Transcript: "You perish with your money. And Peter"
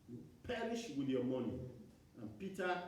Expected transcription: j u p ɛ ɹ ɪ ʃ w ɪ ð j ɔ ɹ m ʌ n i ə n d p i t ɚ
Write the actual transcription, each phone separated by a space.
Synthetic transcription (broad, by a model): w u p ɛ ɹ ɪ ʃ w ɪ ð j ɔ m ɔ n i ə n p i t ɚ